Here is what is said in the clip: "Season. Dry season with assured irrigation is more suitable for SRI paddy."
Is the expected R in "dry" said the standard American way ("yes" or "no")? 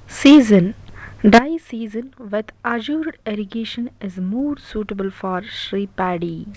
no